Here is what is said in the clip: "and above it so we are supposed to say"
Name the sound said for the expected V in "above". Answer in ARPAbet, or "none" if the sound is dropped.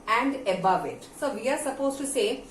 V